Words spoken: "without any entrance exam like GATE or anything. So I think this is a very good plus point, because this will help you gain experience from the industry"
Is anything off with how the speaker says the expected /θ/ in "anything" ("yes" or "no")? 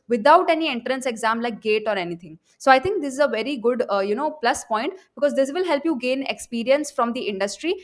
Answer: yes